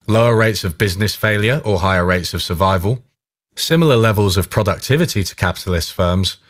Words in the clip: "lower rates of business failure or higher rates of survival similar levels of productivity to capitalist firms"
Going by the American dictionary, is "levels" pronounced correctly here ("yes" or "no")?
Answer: yes